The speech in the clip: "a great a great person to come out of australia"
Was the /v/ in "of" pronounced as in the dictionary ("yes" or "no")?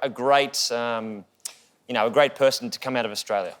yes